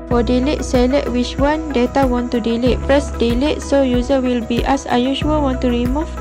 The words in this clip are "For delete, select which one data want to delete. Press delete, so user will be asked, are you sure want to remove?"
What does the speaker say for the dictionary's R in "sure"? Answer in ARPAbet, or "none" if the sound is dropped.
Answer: L